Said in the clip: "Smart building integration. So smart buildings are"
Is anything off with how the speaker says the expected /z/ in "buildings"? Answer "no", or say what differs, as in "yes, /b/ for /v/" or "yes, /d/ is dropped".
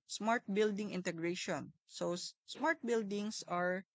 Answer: yes, /s/ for /z/